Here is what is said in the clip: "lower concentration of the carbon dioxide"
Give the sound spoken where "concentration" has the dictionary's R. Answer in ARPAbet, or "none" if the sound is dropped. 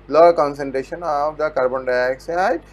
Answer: R